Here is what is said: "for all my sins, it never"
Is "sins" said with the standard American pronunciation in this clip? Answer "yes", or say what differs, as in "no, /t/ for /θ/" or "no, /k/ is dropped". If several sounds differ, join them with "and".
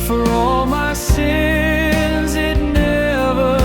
yes